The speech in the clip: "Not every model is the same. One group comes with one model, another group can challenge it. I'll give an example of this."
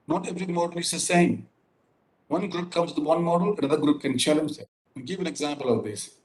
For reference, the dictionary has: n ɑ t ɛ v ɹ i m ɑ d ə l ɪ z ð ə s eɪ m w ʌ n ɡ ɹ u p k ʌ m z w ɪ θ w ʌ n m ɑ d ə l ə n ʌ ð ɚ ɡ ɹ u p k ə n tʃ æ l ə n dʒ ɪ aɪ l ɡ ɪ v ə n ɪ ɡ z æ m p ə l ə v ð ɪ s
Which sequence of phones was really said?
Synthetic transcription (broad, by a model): n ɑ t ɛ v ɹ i m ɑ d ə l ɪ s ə s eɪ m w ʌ n ɡ ɹ u p k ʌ m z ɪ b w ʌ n m ɑ d ə l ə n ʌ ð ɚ ɡ ɹ u p k ə n tʃ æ l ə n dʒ ɪ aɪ n ɡ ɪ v ə n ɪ ɡ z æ m p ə l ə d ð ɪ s